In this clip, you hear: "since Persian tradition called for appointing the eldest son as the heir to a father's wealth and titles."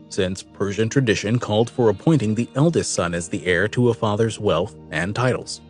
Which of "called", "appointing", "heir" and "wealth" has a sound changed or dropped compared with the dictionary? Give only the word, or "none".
none